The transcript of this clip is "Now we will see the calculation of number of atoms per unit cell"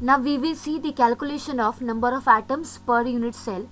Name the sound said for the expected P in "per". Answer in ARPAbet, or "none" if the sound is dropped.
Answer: P